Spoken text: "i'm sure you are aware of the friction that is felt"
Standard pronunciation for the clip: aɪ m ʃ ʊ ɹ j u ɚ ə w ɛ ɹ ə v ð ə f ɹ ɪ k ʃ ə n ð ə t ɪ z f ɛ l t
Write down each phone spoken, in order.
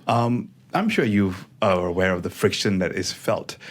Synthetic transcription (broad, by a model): aɪ m ʃ ʊ ɹ j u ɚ ə w ɛ ɹ ə v ð ə f ɹ ɪ k ʃ ə n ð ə t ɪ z f ɛ l t